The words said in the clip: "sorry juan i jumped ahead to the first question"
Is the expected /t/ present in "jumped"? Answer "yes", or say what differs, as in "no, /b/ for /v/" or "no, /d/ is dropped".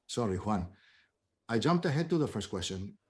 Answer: yes